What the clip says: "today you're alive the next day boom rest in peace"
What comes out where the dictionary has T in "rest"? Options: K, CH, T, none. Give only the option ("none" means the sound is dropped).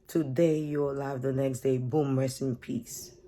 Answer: none